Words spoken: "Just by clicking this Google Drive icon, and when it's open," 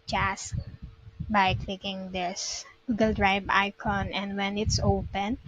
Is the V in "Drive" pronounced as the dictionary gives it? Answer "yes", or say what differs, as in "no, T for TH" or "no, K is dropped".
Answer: no, B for V